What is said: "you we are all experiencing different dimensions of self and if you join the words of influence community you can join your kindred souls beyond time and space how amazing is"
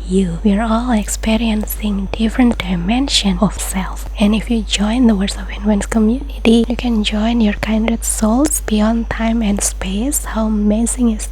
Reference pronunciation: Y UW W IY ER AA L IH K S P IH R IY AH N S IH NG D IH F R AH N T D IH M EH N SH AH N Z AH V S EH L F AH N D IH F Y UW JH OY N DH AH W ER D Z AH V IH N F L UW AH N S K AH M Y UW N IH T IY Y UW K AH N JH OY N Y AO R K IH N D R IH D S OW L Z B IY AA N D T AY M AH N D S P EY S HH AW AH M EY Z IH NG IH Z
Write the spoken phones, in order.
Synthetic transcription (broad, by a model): Y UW W IY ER AA L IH K S P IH R IY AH N S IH NG D IH F R AH N T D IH M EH N SH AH N AH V S EH L F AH N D IH F Y UW JH OY N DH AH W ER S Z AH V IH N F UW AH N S K AH M Y UW N IH T IY Y UW K AH N JH OY N Y AO R K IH N D IH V S OW L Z B IY AA N D T AY M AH N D S P EY S HH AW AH M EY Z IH NG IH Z